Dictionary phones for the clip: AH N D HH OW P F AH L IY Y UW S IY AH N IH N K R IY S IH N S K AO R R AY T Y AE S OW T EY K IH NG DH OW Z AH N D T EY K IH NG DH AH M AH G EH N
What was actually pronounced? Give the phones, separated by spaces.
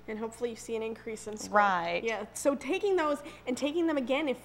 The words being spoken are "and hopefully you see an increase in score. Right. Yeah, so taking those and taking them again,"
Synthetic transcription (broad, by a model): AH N HH OW P F L IY Y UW S IY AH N IH N K R IY S IH N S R R AY T Y AE S OW T EY K IH NG DH OW Z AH N T EY K IH NG DH AH M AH G EH N